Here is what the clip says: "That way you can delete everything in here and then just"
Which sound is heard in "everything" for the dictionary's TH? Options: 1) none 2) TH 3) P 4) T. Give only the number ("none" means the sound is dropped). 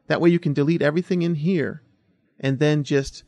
2